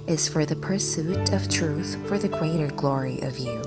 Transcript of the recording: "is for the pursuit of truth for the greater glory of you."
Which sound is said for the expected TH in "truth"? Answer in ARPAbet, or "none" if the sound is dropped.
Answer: TH